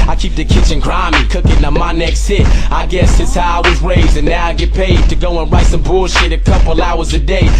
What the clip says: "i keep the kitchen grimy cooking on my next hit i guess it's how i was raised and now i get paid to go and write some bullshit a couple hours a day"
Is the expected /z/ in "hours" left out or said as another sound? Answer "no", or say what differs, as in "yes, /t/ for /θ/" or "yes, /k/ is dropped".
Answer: no